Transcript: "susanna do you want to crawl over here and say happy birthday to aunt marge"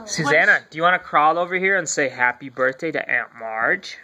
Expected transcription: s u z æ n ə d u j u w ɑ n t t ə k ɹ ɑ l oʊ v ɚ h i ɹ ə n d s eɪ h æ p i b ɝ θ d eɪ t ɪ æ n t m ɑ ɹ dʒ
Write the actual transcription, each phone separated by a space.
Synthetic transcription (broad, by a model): s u z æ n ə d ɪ j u w ɑ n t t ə k ɹ ɑ l oʊ v ɚ h i ɹ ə n s eɪ h æ p i b ɝ θ d eɪ t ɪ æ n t m ɑ ɹ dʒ